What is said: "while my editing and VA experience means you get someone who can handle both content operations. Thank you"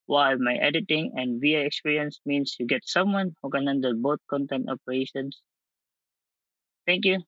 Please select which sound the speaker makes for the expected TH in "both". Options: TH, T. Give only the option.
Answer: T